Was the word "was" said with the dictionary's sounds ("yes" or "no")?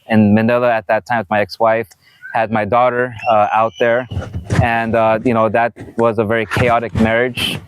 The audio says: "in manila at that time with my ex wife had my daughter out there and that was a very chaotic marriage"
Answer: yes